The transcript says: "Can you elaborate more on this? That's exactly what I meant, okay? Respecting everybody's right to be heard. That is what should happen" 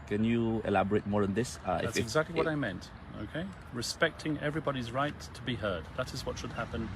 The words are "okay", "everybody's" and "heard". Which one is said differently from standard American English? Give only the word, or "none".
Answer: none